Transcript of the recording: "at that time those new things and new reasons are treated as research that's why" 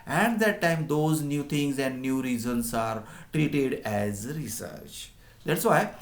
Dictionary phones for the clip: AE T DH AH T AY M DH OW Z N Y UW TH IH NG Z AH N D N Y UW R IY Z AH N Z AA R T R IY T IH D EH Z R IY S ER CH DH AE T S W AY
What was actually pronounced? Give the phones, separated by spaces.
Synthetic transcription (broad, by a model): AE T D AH T AY M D OW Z N Y UW T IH NG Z AH N D N Y UW R IY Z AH N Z AA R T R IY T IH D EH Z R IY S ER CH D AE T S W AY